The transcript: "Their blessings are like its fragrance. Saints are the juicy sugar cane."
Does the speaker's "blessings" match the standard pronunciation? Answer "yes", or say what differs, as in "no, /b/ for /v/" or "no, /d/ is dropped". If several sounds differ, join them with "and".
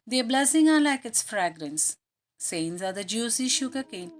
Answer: no, /z/ is dropped